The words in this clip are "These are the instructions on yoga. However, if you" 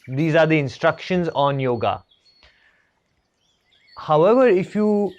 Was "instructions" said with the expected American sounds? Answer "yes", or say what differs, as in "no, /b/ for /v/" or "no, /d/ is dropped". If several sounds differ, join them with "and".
yes